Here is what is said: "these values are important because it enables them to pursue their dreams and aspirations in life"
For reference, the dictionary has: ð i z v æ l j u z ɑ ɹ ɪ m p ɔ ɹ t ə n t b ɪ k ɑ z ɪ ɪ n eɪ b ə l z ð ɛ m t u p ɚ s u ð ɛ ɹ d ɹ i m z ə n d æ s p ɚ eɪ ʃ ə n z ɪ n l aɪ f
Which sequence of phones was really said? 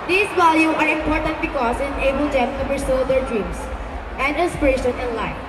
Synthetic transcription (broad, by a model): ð i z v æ l j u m ɑ ɹ ɪ m p ɔ ɹ t ə n t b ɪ k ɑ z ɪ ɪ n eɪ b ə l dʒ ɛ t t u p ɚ s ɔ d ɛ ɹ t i m s ə n d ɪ s p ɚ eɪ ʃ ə n ɪ n l aɪ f